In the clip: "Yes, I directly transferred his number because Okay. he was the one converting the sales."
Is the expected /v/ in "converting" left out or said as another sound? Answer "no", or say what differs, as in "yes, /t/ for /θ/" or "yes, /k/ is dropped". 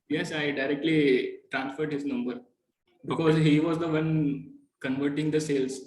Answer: no